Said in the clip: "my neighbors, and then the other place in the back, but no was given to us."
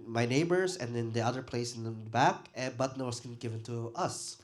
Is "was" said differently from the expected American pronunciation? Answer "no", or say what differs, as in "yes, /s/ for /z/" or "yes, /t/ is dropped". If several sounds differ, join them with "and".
yes, /s/ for /z/